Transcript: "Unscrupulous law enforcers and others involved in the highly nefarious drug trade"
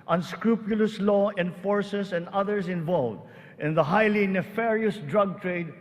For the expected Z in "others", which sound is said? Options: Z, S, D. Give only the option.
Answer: S